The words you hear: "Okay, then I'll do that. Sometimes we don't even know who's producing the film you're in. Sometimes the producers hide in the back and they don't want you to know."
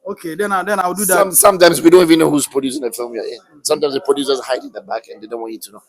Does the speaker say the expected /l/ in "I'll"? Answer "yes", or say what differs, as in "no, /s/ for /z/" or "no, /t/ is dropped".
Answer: no, /w/ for /l/